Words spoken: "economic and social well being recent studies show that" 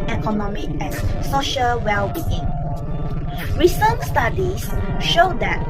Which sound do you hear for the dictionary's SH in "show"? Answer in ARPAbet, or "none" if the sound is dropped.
SH